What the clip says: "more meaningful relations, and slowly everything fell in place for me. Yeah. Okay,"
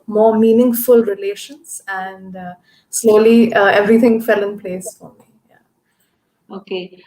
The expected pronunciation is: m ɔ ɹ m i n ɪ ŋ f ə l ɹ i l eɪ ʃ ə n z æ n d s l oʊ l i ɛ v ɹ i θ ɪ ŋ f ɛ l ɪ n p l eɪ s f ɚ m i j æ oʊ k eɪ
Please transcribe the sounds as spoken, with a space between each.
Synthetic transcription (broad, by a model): m ɔ ɹ m i n ɪ ŋ f ə l ɹ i l eɪ ʃ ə n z æ n d s l oʊ l i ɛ v ɹ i t ɪ ŋ f ɛ l ɪ n p l eɪ s f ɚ m i j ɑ oʊ k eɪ